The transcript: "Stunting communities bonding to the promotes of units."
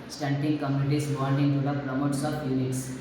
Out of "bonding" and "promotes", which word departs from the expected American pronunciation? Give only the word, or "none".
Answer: bonding